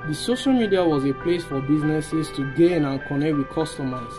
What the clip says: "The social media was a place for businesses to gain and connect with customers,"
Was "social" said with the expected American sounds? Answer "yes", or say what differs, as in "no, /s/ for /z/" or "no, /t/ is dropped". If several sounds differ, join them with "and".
yes